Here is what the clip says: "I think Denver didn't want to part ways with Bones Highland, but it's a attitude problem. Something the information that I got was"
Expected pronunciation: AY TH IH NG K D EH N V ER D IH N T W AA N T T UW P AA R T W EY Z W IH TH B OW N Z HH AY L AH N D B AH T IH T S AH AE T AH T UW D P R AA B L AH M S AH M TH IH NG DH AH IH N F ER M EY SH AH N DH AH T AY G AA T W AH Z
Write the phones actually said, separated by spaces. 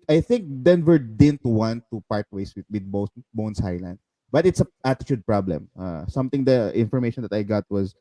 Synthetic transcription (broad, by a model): AY TH IH NG K D EH N V ER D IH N T W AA N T T UW P AA R T W EY S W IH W B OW N S HH AY L AH N D B AH T IH T S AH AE T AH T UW D P R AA B L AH M S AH M T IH NG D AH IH N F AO M EY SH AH N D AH T AY G AA T W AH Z